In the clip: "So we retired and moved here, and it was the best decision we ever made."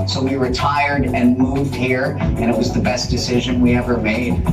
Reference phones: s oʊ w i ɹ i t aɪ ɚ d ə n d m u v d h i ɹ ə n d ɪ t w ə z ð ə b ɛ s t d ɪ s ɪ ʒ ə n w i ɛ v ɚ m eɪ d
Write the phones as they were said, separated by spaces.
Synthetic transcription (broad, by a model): s oʊ w i ɹ i t aɪ ɚ d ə n m u v d h i ɹ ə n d ɪ t w ə z ð ə b ɛ s d ɪ s ɪ ʒ ə n w i ɛ v ɚ m eɪ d